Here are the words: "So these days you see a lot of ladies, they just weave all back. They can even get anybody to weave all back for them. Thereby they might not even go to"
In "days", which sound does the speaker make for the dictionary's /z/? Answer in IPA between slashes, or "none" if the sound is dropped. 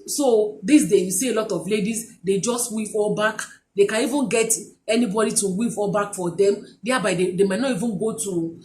none